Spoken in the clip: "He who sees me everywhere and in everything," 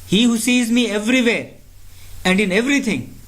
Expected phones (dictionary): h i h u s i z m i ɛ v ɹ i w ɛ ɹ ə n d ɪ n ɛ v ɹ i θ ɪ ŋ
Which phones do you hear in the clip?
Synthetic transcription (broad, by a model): h i h u s i z m i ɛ v ɹ i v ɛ ɹ ə n d ɪ n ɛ v ɹ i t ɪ ŋ